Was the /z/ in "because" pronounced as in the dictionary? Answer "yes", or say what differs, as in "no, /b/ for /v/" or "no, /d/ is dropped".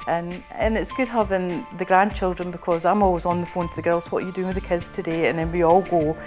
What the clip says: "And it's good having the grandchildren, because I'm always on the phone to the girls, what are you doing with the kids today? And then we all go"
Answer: yes